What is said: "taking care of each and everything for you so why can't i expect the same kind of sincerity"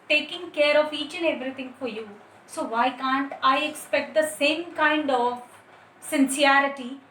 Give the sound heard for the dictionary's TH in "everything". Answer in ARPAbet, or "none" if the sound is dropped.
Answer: T